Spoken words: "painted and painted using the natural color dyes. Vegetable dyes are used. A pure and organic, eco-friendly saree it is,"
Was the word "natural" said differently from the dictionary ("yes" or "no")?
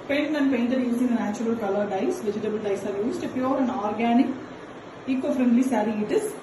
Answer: yes